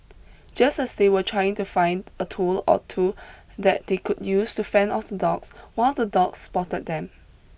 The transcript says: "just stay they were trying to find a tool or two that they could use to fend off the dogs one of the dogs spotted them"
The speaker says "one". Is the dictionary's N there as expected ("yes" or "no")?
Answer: no